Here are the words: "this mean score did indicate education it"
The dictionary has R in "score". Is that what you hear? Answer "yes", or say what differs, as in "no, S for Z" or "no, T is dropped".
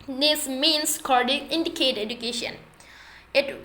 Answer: no, L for R